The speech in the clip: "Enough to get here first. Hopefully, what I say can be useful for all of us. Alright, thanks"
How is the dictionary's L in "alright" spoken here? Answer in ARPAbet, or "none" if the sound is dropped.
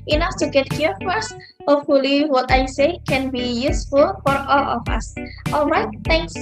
L